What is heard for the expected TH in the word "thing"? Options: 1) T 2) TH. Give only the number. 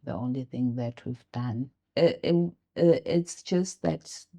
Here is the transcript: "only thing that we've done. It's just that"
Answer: 2